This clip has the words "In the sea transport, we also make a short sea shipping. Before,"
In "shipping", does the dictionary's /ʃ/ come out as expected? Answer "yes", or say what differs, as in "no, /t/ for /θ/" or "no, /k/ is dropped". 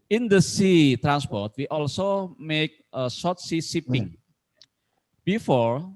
no, /s/ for /ʃ/